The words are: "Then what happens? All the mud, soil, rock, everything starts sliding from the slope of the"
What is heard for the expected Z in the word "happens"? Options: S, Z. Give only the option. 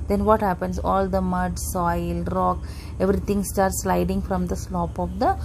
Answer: S